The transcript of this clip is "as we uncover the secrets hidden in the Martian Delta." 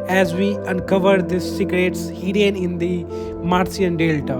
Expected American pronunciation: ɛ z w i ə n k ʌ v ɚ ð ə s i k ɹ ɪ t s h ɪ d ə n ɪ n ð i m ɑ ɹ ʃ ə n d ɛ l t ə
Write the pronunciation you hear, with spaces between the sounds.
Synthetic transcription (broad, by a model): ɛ z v i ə n k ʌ v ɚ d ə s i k ɹ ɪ t s h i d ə n ɪ n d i m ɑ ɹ s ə n d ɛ l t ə